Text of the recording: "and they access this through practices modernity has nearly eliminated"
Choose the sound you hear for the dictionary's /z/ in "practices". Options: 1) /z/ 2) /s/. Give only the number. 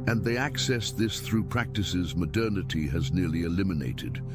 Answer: 1